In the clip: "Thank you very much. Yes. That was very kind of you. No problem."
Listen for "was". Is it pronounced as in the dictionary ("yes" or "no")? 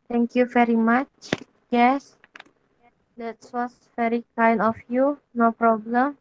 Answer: no